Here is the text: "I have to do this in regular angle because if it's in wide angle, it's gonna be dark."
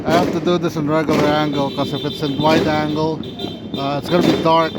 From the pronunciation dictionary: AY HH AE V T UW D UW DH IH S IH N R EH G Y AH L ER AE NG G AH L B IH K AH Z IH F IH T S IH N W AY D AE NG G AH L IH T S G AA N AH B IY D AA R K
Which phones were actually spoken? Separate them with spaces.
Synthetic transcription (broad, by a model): AY HH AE F T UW D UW DH IH S IH N R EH G Y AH L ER AE NG G AH L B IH K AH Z IH F IH T S IH N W AY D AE NG G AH L IH T S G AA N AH B IY D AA R K